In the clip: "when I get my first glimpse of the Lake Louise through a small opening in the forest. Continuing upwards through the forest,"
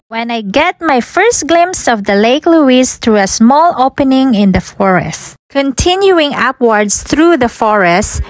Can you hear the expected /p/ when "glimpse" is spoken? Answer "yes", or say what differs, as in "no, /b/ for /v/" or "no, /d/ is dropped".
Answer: no, /p/ is dropped